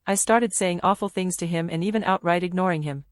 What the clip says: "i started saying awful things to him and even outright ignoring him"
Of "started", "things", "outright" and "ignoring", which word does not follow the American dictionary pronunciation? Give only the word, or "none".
none